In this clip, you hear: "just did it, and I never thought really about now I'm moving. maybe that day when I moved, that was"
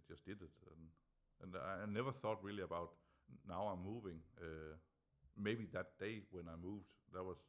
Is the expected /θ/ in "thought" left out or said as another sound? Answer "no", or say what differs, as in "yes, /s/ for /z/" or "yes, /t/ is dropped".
no